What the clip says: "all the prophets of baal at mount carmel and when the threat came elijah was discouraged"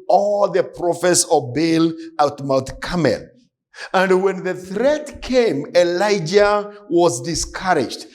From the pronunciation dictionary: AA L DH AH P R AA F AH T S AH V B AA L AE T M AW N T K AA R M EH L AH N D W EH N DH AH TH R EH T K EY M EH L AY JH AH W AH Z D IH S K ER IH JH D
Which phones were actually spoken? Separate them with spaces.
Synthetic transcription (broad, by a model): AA L DH AH P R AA F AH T S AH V B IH L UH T M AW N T K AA M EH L AH N D W EH N DH AH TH R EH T K EY M EH L AY JH AH W AH Z D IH S K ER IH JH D